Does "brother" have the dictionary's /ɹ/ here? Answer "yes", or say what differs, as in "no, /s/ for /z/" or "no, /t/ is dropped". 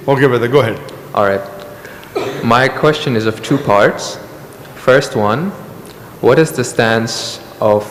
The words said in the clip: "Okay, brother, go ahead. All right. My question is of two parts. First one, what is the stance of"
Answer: no, /ɹ/ is dropped